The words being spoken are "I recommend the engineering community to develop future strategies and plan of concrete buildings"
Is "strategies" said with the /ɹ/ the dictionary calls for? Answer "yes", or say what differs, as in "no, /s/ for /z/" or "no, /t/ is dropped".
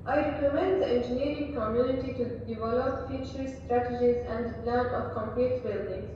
yes